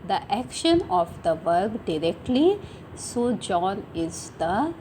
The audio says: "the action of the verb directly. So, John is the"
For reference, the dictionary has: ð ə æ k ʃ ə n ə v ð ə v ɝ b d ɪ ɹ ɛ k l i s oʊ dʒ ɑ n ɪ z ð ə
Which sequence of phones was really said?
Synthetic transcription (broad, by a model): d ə æ k ʃ ə n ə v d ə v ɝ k d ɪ ɹ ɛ k l i s oʊ dʒ ɑ n ɪ z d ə